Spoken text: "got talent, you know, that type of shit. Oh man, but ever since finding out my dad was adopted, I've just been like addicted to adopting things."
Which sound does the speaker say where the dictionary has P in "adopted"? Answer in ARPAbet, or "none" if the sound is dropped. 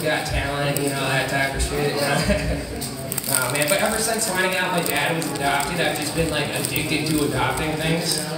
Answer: P